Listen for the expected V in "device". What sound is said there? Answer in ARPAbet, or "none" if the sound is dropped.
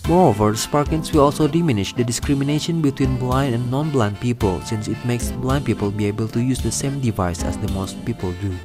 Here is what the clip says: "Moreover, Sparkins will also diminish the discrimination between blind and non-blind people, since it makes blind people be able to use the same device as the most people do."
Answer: V